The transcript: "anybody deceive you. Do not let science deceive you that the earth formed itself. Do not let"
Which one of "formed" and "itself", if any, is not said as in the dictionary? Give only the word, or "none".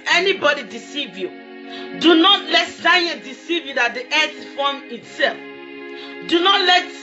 formed